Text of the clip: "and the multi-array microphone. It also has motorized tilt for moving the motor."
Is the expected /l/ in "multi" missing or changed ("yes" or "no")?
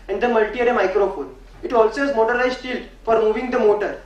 no